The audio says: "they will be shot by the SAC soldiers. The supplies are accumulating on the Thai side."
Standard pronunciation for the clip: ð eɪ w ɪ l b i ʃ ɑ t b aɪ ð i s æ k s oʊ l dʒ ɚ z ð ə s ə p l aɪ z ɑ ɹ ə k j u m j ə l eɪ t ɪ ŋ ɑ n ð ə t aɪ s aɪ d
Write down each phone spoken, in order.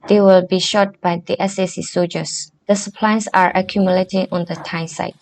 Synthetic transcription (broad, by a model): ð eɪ w ɪ l b i ʃ ɑ t b aɪ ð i s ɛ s s oʊ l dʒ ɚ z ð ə s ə p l aɪ s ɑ ɹ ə k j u m j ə l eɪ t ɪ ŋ ɑ n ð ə t aɪ s aɪ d